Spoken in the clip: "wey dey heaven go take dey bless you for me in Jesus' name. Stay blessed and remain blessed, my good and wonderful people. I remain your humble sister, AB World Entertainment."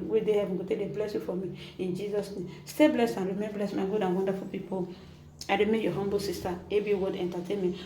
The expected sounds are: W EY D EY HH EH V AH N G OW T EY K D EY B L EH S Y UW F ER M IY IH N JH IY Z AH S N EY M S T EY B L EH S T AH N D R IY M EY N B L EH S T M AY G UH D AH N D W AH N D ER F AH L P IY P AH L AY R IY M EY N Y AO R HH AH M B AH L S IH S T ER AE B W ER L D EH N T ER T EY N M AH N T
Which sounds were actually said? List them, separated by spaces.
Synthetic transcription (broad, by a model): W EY D EY HH EH V AH N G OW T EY D EY B L EH S Y UW F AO M IY IH N JH IY Z AH S N EY M S T EY B L EH S T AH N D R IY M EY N B L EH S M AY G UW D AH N W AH N D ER F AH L P IY P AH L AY R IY M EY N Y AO HH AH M B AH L S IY S T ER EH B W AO D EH N T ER T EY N M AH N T